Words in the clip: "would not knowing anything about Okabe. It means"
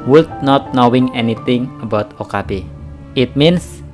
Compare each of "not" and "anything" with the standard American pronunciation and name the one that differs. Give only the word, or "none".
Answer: anything